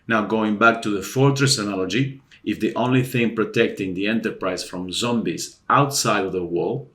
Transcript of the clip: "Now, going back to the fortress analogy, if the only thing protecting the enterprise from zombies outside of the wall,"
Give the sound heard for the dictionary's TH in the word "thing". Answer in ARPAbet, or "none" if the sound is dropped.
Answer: TH